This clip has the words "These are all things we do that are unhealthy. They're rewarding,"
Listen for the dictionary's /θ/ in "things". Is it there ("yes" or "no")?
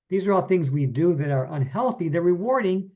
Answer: yes